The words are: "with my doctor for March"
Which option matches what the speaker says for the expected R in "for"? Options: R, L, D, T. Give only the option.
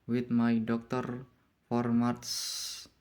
R